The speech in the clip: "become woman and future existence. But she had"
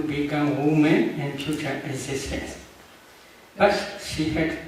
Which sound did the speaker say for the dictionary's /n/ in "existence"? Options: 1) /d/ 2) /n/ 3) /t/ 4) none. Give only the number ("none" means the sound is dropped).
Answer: 4